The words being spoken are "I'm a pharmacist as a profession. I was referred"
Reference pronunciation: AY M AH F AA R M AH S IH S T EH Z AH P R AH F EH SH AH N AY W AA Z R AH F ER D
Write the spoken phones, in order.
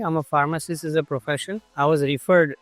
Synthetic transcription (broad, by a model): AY M AH F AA R M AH S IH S IH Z AH P R AH F EH SH AH N AY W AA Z R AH F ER D